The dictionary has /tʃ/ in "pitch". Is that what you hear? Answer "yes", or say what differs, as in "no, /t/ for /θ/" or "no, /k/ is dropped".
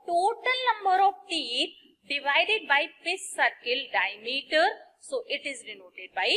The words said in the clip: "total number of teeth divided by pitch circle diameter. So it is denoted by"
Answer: no, /s/ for /tʃ/